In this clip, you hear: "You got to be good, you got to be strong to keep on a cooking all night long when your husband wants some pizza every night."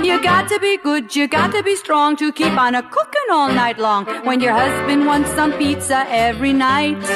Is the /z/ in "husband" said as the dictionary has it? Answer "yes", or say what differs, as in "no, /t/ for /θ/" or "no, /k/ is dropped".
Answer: yes